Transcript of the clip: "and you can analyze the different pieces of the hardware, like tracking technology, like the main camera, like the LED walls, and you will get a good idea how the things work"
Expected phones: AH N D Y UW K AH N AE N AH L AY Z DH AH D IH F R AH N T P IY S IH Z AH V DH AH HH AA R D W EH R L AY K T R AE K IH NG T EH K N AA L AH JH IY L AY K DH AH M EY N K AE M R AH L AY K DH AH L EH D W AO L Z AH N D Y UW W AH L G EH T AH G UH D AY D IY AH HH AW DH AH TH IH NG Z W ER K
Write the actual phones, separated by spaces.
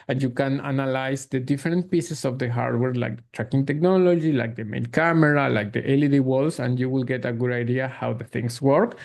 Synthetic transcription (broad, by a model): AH N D Y UW K AH N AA N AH L AY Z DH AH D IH F R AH N T P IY S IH S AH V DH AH HH AA R D W EH R L AY K T R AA K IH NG T EH K N AA L AH JH IY L AY K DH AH M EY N K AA M R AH L AY K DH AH L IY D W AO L S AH N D Y UW W AH L G EH T AH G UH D AY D IY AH HH AW DH AH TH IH NG S W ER K